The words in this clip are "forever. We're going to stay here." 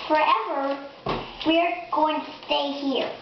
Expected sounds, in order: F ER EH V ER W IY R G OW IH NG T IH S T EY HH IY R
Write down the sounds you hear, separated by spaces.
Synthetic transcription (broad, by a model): F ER EH V ER W IY R G OW IH NG T IH S T EY HH IY R